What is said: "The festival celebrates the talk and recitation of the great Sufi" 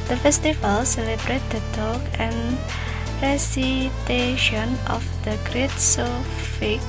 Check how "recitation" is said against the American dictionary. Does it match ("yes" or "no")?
yes